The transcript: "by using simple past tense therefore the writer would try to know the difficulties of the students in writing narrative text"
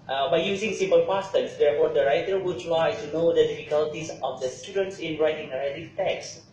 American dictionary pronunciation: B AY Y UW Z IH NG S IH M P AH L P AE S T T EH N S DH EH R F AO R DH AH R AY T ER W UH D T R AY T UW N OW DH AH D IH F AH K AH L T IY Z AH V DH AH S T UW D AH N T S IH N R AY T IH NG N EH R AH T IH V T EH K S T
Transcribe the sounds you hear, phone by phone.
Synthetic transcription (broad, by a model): B AY Y UW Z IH NG S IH M P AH L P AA S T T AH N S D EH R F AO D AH R AY T ER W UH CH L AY S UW N OW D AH D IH F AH K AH L T IY S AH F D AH S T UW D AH N T S IH N R AY T IH NG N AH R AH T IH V T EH K S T